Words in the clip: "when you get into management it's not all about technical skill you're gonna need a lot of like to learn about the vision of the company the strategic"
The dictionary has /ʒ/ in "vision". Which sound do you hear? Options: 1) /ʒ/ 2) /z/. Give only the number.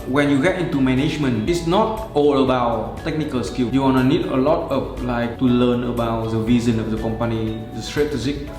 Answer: 2